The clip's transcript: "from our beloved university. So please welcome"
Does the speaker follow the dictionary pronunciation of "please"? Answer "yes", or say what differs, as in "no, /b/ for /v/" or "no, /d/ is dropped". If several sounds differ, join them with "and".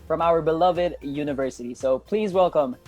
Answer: yes